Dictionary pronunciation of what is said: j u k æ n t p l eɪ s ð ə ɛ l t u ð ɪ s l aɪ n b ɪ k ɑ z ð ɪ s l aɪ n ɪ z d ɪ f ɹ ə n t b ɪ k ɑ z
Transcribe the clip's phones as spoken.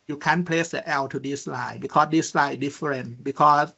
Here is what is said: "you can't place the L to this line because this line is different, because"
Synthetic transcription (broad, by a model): j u k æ n p l eɪ s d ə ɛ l t u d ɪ s l aɪ b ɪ k ɑ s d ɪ s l aɪ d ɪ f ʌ ɹ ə n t b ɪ k ɑ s